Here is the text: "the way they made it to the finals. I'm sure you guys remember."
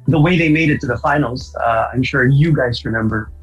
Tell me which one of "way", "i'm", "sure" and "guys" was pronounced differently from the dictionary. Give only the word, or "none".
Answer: none